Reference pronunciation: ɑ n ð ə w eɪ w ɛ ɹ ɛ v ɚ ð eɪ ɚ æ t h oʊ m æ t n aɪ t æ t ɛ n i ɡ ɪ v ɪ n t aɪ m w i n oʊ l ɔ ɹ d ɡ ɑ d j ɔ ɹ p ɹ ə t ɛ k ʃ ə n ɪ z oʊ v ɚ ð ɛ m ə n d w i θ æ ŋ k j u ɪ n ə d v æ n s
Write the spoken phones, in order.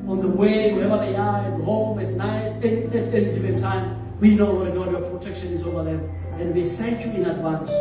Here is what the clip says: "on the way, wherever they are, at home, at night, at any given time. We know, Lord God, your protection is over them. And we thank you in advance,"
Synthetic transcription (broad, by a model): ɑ n ð ə w eɪ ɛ w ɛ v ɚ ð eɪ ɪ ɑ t h oʊ m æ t n aɪ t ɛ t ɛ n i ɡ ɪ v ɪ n t aɪ m w i n oʊ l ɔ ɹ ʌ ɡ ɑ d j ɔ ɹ p ɹ ə t ɛ k ʃ ə n ɪ z oʊ v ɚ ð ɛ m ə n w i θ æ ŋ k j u ɪ n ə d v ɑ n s